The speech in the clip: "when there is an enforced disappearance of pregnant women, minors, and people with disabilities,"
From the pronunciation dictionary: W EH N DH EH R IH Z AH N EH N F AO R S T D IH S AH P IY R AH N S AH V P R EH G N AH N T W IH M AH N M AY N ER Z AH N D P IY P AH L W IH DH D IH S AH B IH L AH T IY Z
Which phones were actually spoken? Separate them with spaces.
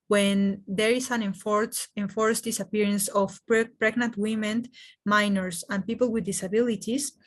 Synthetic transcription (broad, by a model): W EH N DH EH R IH S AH N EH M F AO R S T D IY S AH P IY R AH N S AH P P R EH G N AH N T W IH M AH N M AY N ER S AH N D P IY P AH L W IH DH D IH S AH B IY L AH T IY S